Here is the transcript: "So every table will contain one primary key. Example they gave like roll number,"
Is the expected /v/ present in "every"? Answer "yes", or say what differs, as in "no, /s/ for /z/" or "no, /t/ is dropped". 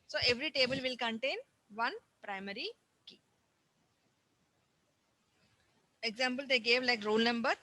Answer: yes